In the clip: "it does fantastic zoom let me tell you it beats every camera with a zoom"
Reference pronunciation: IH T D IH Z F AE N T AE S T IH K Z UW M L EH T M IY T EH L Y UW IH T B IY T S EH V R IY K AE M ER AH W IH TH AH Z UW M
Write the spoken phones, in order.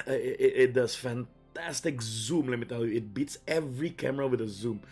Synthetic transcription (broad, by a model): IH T D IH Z F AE N T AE S T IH K Z UW M L EH T M IY T EH L Y UW IH T B IY T S EH V R IY K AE M ER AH W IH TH AH Z UW M